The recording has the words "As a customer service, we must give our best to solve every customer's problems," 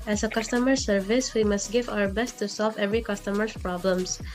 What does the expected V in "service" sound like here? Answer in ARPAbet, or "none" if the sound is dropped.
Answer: V